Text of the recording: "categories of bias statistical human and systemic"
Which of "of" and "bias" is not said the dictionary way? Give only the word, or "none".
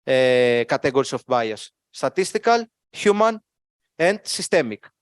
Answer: of